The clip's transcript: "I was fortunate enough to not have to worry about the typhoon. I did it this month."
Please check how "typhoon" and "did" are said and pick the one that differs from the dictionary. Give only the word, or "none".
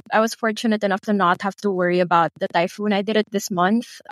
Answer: none